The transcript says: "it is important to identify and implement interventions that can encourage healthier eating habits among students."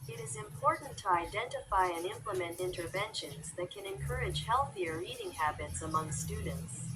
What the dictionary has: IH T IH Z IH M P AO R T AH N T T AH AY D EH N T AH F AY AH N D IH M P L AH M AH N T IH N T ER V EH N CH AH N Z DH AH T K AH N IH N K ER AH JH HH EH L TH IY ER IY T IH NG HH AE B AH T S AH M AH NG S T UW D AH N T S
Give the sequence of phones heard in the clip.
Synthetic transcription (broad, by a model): IH T IH Z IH M P AO R T N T T AH AY D EH N T AH F AY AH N IH M P L AH M AH N T IH N T ER V EH N SH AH N Z DH AH T K AH N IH N K ER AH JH HH EH L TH IY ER IY T IH NG HH AE B AH T S AH M AH NG S T UW D N T S